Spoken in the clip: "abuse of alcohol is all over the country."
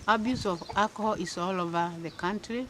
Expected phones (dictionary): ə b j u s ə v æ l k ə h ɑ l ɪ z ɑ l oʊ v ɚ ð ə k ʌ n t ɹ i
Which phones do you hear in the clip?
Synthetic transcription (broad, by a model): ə b j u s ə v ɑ k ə h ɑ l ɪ s ɑ l oʊ v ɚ ð ə k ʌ n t ɹ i